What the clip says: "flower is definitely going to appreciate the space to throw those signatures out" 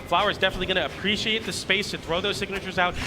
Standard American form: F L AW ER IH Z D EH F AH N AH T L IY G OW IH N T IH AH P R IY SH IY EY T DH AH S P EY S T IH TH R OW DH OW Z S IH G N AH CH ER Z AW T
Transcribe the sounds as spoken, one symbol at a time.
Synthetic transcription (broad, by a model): F L AW ER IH Z D EH F AH N AH T L IY G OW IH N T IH AH P R IY SH IY EY T DH AH S P EY S T IH TH R OW DH OW Z S IH G N AH CH ER Z AW T